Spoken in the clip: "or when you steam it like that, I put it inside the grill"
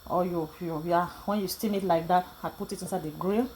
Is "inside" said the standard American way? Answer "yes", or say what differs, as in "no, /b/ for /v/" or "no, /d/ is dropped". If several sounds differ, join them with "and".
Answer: yes